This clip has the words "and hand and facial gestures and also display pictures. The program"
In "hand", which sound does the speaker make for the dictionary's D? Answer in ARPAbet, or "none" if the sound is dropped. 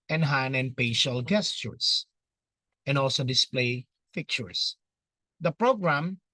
none